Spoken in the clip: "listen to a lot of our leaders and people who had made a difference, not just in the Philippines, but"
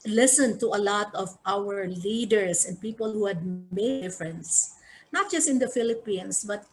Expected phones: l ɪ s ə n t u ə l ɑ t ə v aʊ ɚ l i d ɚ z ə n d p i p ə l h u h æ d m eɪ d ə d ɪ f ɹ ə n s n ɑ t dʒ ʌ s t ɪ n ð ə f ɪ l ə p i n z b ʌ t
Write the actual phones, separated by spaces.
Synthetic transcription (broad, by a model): l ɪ s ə n t u ə l ɑ t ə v aʊ ɚ l i d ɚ s ə n d p i p ə l h u h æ d m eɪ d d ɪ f ɹ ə n s n ɑ t dʒ ʌ s t ɪ n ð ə f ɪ l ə p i n s b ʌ t